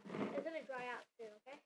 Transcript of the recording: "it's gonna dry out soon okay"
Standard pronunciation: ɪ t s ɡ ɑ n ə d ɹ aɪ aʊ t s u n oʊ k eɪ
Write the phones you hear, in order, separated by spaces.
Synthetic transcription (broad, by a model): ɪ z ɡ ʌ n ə d ɹ aɪ aʊ t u oʊ k eɪ